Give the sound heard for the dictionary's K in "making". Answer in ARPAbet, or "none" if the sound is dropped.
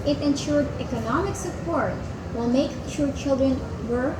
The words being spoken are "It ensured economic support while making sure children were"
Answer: none